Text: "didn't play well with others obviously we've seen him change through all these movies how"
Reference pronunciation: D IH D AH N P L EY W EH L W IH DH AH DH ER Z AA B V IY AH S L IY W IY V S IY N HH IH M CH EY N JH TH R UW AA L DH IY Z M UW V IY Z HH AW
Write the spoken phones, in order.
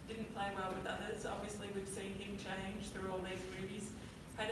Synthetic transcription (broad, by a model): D IH D N P L EY W EH L W IH DH AH DH ER Z AA B V IY AH S L IY W IY V S IY N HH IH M CH EY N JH TH R UW AA L DH IY Z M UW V IY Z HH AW